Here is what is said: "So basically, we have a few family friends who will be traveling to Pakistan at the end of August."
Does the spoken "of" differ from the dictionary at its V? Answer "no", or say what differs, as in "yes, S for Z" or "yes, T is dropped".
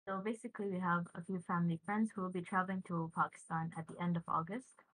no